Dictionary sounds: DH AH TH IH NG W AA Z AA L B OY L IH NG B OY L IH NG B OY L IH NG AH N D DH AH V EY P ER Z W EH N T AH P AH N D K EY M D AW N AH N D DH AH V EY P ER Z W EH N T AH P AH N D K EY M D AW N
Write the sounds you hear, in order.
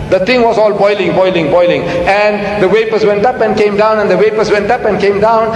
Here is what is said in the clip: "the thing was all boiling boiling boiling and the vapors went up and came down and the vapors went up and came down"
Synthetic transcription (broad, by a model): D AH T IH NG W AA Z AA L B OY L IH NG B OY L IH NG B OY L IH NG AH N D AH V EY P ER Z W EH N T AH P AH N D K EY M D AW N AH N D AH W EY P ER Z W EH N T AH P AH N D K EY M D AW N